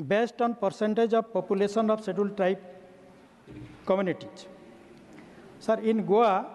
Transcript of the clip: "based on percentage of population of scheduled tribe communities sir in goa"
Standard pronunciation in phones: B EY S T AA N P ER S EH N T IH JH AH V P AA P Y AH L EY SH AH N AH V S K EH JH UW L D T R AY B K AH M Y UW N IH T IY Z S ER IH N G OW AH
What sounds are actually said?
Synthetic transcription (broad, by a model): B EY S T AA N P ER S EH N T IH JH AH B P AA P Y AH L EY S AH N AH B S EH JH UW L T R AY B K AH M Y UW N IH T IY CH S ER IH N G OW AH